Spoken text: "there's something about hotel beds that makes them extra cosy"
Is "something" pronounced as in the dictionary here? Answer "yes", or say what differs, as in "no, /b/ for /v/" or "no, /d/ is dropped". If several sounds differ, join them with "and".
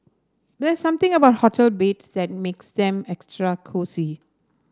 no, /t/ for /θ/